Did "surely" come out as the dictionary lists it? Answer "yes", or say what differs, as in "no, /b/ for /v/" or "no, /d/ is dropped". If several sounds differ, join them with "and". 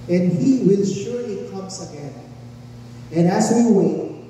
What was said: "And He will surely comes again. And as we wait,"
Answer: no, /l/ is dropped